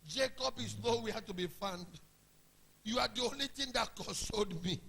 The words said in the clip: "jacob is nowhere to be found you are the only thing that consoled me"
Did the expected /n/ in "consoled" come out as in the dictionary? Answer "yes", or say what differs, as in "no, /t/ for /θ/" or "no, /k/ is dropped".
no, /n/ is dropped